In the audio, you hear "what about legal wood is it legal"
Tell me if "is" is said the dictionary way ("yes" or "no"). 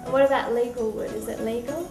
yes